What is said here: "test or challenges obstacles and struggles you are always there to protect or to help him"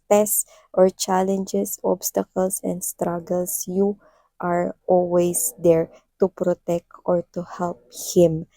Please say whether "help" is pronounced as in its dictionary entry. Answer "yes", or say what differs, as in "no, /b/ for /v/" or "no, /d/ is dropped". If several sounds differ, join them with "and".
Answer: yes